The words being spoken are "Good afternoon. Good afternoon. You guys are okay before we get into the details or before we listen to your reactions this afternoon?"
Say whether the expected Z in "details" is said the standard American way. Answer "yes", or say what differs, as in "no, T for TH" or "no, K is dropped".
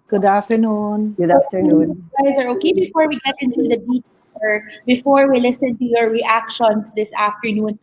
no, Z is dropped